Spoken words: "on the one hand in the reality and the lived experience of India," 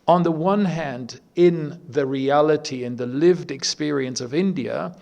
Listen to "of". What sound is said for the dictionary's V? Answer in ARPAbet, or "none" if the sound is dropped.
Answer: V